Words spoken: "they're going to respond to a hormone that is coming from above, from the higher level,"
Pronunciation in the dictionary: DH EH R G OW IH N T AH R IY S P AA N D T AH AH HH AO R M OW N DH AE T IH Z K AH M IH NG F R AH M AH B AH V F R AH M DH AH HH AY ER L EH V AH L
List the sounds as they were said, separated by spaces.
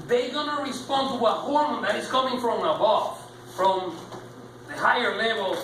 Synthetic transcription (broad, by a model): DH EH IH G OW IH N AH R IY S P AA N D T AH AH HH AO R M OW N DH AE T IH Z K AH M IH NG F R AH M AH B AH F F R AH M DH AH HH AY ER L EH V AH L